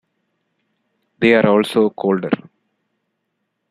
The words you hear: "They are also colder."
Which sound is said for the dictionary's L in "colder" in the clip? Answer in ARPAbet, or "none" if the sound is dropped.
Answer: L